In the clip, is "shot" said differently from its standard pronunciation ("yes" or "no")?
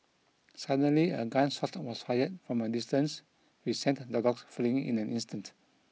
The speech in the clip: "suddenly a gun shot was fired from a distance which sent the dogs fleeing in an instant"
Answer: yes